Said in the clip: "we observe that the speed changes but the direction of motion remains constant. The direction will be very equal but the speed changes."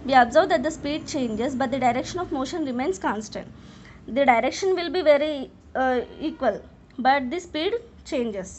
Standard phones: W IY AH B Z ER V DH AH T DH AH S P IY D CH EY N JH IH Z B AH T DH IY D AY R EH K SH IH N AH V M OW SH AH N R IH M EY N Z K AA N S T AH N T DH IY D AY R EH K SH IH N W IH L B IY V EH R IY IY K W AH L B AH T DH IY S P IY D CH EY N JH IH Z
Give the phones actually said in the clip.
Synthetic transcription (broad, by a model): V IY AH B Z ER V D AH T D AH S P IY D CH EY N JH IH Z B AH T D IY D AY R EH K SH IH N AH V M OW SH AH N R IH M EY N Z K AA N S T AH N T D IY D AY R EH K SH IH N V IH L B IY V EH R IY IY K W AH L B AH T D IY S P IY D CH EY N JH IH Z